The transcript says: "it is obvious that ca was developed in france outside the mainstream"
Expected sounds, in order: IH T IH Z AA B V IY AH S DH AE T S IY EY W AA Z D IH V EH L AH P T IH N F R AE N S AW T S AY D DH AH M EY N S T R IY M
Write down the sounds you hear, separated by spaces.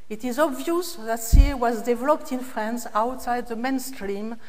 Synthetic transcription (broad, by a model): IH T IH Z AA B V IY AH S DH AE T S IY W AA Z D IH V EH L AH P T IH N F R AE N S AW T S AY D DH AH M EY N S T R IY M